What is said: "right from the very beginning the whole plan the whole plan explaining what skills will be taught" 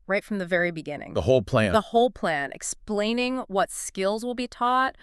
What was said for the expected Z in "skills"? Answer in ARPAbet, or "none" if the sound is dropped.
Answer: Z